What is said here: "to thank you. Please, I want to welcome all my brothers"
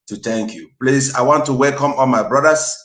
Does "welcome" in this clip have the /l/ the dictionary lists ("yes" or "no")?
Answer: yes